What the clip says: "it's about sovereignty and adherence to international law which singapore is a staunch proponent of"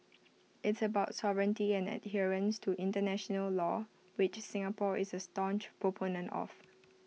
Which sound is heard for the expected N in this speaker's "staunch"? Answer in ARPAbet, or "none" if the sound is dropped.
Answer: N